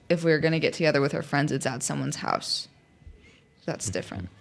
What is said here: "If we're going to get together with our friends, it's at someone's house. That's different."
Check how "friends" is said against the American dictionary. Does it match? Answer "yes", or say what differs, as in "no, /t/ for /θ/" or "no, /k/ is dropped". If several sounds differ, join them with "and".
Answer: yes